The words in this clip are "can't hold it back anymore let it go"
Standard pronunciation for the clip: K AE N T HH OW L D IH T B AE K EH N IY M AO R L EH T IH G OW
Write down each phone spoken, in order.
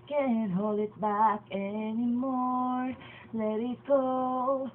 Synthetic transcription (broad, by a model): K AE N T HH OW L D IH T B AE K EH N IY M AO R L EH T IH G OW